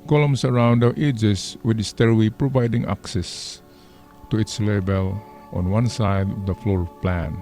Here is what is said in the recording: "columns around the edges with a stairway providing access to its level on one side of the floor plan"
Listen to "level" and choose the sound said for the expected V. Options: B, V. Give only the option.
B